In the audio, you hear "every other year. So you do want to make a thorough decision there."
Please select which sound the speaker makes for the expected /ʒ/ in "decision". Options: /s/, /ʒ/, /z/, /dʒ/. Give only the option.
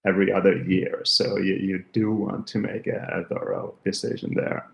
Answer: /ʒ/